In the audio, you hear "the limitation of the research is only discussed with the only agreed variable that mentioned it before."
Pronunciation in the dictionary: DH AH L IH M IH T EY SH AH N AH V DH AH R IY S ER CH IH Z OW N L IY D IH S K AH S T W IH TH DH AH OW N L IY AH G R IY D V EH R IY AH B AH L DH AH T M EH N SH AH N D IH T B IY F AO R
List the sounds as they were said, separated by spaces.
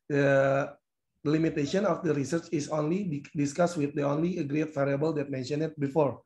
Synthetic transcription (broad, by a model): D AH L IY M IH T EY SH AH N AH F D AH R IY S ER CH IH S OW N L IY D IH S K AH S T W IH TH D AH OW N L IY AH G R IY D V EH R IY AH B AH L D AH T M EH N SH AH N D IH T B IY F AO R